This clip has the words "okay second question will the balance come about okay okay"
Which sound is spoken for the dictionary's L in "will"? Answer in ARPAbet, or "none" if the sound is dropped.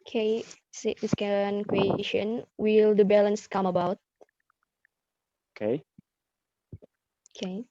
L